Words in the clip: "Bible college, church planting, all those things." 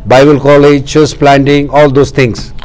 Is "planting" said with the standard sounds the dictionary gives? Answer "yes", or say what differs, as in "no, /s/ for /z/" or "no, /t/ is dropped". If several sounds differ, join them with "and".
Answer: yes